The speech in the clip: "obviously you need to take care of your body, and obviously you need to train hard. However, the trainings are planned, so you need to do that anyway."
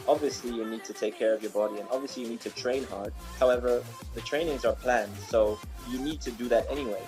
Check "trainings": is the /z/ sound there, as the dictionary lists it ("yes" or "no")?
yes